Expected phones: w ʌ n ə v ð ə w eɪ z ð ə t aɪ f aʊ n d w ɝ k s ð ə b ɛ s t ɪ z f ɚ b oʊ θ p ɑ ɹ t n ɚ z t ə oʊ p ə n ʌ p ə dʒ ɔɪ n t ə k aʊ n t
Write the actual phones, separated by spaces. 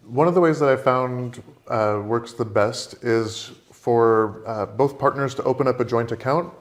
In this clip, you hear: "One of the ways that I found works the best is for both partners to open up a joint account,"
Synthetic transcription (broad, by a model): w ʌ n ə v ð ə w eɪ z ð ə t aɪ f aʊ n d w ɝ k s ð ə b ɛ s t ɪ z f ɚ b oʊ θ p ɑ ɹ t n ɚ z t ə oʊ p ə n ʌ p ə dʒ ɔɪ n t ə k aʊ n t